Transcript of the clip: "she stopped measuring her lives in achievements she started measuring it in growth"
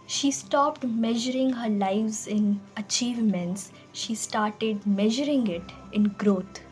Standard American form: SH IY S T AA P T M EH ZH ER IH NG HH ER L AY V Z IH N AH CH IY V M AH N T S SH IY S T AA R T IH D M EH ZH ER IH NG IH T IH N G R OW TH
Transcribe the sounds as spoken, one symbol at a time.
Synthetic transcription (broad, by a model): SH IY S T AA P T M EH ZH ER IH NG HH ER L AY V Z IH N AH CH IY V M AH N T S SH IY S T AA R T IH D M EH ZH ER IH NG IH T IH N G R OW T